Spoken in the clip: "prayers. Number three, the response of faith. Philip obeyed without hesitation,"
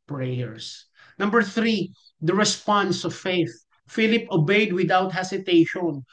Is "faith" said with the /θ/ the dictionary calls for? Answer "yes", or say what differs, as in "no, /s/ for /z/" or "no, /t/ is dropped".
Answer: yes